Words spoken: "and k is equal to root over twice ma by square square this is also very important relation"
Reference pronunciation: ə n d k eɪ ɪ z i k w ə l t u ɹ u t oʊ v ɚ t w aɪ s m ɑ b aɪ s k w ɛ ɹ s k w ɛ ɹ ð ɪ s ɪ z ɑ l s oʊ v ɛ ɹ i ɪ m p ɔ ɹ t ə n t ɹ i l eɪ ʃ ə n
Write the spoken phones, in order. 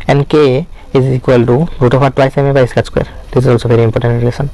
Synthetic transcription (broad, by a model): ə n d k eɪ ɪ z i k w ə l t u ɹ u t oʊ f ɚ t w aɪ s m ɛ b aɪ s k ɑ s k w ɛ ɹ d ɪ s ɪ z ɑ l s oʊ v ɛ ɹ i ɪ m p ɔ ɹ t ə n t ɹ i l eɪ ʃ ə n